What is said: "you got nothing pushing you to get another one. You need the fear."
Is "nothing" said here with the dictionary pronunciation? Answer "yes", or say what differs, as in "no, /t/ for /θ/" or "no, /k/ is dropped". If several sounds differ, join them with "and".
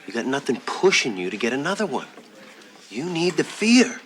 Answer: yes